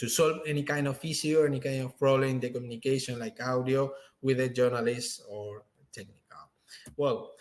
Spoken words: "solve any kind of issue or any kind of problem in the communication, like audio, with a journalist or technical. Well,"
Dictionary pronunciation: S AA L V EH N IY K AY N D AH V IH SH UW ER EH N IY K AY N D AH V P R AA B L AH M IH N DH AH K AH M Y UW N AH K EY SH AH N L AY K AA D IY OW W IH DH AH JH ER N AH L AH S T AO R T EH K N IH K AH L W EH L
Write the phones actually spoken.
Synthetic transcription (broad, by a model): S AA L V EH N IY K AY N D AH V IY S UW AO EH N IY K AY N D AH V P R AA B L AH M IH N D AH K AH M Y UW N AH K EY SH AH N L AY K AA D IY OW W IH DH AH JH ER N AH L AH S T AO R T EH K N IH K AH L W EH L